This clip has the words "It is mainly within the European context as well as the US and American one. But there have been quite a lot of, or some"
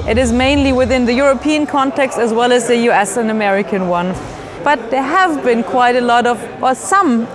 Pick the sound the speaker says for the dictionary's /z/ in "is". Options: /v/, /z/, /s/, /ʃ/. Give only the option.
/z/